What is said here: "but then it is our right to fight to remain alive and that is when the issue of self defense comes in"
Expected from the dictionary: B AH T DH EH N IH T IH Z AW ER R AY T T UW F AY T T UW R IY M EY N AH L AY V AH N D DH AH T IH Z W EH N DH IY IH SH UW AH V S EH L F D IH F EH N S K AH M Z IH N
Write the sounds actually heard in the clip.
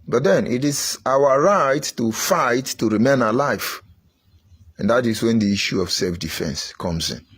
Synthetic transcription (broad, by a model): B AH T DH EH N IH T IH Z AW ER R AY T T UW F AY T T UW R IY M EY N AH L AY F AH N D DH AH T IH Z W EH N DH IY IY SH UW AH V S EH L F D IH F EH N S K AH M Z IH N